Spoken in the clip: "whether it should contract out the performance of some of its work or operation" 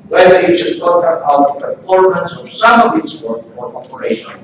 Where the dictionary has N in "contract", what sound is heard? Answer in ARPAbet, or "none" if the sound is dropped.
none